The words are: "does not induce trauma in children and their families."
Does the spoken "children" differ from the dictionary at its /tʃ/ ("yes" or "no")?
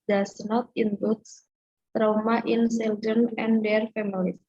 yes